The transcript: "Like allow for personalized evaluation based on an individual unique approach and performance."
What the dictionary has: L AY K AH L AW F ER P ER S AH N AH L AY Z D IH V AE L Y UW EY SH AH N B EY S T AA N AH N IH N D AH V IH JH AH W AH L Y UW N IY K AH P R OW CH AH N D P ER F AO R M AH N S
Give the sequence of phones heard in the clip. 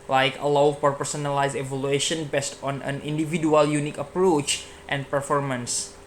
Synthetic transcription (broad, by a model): L AY K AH L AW P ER P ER S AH N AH L AY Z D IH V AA L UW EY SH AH N B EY S T AA N AH N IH N D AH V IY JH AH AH L Y UW N IY K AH P R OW CH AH N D P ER F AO R M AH N S